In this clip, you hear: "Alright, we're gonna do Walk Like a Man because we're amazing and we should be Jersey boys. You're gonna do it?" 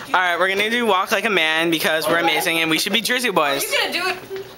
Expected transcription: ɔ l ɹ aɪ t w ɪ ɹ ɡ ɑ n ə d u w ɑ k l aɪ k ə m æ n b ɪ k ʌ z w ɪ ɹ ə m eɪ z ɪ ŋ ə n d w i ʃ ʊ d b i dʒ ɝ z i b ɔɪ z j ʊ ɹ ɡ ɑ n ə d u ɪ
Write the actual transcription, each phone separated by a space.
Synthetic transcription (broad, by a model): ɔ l ɹ aɪ t w ɪ ɹ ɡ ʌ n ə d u w ɑ k l aɪ k ə m æ n b ɪ k ʌ z w ɪ ɹ ə m eɪ z ɪ ŋ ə n w i ʃ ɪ d b i dʒ ɝ z i b ɔɪ z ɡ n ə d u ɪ